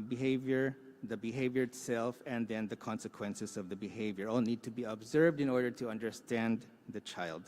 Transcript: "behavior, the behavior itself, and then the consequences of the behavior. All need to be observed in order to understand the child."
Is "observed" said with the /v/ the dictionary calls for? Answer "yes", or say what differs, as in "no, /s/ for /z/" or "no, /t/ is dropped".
yes